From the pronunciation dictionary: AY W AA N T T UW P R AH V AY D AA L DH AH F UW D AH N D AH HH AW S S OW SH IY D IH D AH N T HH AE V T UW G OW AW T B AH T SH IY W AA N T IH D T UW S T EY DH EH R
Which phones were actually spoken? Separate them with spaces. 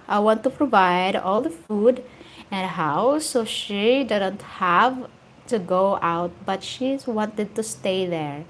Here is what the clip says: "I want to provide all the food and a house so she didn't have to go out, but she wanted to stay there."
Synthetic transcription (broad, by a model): AY W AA N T T UW P R AH V AY D AA L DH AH F UW D AH N D AH HH AW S S OW SH IY D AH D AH N T HH AE V T UW G OW AW T B AH T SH IY W AA N T IH D T UW S T EY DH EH R